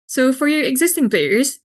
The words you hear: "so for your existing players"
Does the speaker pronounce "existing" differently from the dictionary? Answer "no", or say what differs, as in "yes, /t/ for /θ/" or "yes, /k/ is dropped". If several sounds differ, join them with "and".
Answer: no